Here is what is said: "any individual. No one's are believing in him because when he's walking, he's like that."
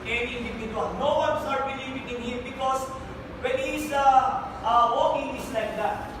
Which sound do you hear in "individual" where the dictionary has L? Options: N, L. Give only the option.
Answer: N